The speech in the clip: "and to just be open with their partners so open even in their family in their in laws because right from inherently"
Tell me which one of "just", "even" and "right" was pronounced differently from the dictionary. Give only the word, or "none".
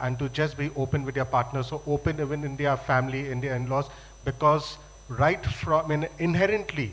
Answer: none